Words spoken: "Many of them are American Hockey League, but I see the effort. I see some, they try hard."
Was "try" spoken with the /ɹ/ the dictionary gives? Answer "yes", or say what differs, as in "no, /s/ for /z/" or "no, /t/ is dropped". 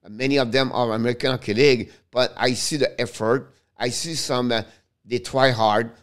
no, /w/ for /ɹ/